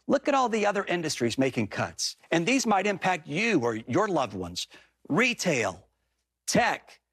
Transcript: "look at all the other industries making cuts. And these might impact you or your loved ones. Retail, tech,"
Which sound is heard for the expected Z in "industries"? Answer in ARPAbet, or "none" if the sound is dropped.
Z